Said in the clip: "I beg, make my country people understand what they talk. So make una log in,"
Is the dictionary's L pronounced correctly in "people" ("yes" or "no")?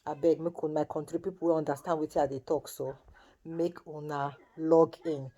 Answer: no